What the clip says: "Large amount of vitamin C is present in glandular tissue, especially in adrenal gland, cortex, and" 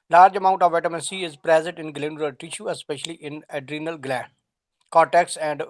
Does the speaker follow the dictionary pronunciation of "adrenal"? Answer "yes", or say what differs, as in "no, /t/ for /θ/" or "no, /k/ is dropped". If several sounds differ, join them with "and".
yes